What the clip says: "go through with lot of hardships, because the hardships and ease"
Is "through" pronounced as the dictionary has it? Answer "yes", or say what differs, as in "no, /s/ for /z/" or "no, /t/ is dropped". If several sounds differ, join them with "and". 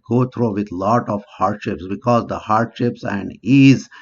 no, /t/ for /θ/